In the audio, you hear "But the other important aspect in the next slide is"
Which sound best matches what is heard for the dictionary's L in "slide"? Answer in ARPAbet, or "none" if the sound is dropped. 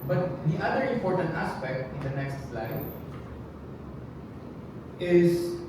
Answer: L